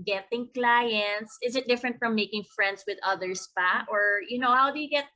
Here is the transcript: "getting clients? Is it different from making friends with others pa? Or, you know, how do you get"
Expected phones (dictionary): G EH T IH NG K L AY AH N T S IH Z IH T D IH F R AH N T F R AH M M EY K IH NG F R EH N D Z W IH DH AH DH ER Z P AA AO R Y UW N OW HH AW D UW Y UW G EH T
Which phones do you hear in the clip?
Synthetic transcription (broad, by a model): G EH T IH NG K L AY AH N T S IH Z IH T D IH F R AH N T F R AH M M EY K IH NG F R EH N D S W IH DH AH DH ER S P AA AO R Y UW N OW HH AW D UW Y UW G EH T